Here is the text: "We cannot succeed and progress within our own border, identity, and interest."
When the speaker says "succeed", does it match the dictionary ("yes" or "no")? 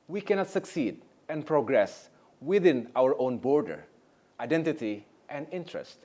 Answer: yes